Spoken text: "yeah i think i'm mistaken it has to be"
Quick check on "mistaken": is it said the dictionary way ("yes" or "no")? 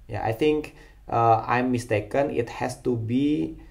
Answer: yes